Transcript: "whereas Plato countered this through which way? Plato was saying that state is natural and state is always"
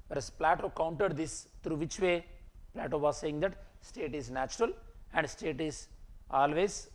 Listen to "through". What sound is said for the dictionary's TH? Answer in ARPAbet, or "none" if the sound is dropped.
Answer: T